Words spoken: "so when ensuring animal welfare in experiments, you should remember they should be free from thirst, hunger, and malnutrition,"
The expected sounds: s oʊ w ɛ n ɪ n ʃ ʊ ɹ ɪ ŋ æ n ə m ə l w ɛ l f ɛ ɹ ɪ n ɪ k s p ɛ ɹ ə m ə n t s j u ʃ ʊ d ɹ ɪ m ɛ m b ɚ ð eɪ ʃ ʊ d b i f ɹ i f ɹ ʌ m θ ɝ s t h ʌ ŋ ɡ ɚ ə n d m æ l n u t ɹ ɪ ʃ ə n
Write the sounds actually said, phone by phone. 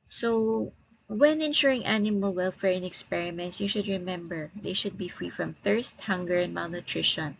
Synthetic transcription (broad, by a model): s oʊ w ɛ n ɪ n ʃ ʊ ɹ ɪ ŋ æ n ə m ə l w ɛ l f ɛ ɹ ɪ n ɪ k s p ɛ ɹ ə m ə n t s j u ʃ ʊ d ɹ ɪ m ɛ m b ɚ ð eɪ ʃ ʊ d b i f ɹ i f ɹ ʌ m θ ɝ s t h ʌ ŋ ɡ ɚ ə n d m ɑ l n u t ɹ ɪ ʃ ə n